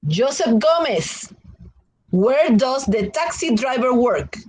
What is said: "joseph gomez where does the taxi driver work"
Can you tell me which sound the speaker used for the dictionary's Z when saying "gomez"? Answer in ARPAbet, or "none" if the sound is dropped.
S